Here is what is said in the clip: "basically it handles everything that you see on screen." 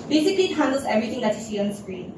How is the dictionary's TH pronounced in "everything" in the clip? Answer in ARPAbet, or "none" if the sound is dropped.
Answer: T